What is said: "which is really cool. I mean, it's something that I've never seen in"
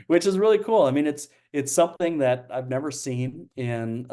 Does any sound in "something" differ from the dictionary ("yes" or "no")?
no